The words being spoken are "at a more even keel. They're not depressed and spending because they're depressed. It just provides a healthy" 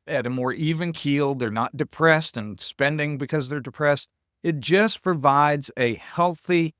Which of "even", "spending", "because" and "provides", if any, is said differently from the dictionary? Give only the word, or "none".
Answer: none